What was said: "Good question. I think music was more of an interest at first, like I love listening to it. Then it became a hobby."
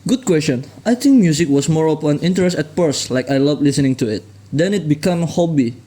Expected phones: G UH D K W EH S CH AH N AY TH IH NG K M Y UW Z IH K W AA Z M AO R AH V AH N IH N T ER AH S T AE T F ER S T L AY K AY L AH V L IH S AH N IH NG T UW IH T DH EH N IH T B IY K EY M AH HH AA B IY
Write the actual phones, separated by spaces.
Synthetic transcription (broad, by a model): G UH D K W EH S CH AH N AY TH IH NG K M Y UW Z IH K W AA S M AO R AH P AH N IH N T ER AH S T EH T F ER S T L AY K AY L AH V L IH S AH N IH NG T UW IH T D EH N IH T B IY K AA M HH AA B IY